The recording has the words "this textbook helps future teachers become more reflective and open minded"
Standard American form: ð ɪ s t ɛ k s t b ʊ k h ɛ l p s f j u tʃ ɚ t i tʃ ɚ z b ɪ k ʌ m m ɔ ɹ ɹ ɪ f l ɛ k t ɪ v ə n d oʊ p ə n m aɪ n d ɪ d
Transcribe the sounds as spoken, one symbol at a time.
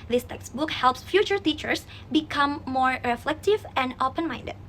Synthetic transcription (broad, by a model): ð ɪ s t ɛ k s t b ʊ k h ɛ l p s f j u tʃ ɚ t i tʃ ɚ s b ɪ k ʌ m m ɔ ɹ ɹ ɪ f l ɛ k t ɪ v ə n d oʊ p ə n m aɪ n d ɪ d